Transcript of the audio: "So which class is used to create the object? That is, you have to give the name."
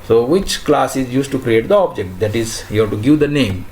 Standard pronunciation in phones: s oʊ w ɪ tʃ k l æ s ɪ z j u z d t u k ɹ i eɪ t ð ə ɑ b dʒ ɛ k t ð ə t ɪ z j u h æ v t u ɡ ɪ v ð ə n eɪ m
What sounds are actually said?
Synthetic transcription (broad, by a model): s oʊ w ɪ tʃ k l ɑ s ɪ z j u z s t u k ɹ i eɪ t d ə ɑ b dʒ ɛ k t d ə t ɪ z j u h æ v t u ɡ ɪ v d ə n eɪ m